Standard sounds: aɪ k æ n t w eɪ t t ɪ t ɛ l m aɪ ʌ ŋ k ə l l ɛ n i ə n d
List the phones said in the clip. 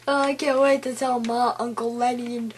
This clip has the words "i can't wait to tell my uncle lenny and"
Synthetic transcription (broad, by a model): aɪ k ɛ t w eɪ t t ɪ t ɛ l m aɪ ʌ ŋ k ə l l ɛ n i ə n